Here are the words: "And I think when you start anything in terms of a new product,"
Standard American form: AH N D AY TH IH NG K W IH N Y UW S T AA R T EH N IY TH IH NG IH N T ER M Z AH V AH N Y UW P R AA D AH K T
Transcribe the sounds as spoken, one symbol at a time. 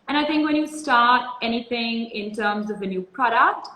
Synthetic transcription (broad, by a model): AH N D AY TH IH NG K W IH N Y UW S T AA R T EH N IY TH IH NG IH N T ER M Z AH V AH N Y UW P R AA D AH K T